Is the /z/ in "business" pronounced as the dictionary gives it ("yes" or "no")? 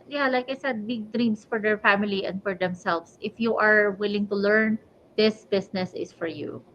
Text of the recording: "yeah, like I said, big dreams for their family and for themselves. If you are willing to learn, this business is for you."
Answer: no